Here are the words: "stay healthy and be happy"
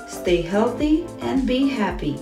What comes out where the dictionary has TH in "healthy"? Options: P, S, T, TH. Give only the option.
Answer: TH